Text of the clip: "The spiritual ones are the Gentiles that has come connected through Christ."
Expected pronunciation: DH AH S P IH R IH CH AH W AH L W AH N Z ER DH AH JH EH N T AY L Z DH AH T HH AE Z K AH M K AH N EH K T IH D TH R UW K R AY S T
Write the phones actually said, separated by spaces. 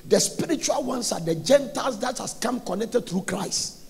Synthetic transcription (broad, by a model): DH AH S P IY R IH CH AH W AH L W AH N S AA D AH JH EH N T AY L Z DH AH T HH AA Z K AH M K AH N EH K T IH D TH R UW K R AY S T